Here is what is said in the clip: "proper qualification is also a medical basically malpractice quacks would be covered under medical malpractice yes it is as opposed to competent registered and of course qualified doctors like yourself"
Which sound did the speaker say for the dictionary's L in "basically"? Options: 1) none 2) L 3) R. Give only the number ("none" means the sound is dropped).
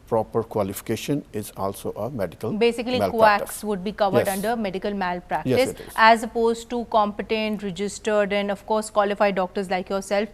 1